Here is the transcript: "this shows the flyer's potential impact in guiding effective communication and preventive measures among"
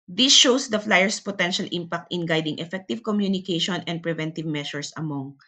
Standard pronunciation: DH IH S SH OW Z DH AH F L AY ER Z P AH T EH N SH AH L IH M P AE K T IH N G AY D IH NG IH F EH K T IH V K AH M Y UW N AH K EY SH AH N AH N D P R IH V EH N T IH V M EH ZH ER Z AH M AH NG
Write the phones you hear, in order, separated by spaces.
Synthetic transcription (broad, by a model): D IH S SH OW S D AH F L AY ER S P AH T EH N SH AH L IH M P AE K T IH N G AY D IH NG IH F EH K T IH V K AH M Y UW N AH K EY SH AH N AH N D P R IH V EH N T IH V M EH SH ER S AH M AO NG